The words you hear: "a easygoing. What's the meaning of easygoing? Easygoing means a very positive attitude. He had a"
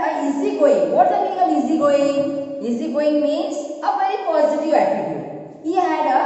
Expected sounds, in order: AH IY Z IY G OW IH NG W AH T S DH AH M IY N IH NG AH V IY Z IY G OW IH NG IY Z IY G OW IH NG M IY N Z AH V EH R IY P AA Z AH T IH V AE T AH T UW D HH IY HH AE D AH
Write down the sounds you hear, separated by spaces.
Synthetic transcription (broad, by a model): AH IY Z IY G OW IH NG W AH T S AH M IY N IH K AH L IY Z IY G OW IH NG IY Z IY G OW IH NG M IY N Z AH P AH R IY P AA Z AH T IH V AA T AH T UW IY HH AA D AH